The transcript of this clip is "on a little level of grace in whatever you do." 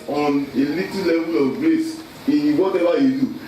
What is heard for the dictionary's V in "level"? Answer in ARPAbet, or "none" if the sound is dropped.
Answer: V